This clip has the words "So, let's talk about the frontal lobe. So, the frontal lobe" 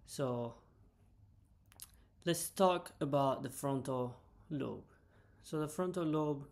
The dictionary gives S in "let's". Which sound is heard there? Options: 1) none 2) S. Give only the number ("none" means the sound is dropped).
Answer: 2